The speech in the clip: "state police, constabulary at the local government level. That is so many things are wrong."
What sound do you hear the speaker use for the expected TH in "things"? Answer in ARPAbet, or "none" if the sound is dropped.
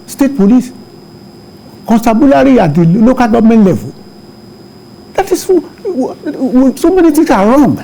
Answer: T